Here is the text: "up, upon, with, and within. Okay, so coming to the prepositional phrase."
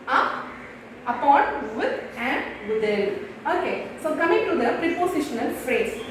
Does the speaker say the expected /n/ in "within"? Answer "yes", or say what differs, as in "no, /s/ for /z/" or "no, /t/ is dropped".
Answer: no, /l/ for /n/